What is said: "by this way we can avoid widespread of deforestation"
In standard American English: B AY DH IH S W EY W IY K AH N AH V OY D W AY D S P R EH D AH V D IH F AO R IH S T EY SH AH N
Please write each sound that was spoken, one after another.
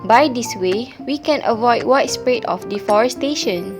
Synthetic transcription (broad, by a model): B AY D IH S W EY W IY K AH N AH V OY D W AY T S P R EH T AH F D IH F AO R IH S T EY SH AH N